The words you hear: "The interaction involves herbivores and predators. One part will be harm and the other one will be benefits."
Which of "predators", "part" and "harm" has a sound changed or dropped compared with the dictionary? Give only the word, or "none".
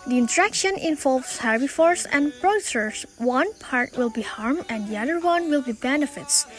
predators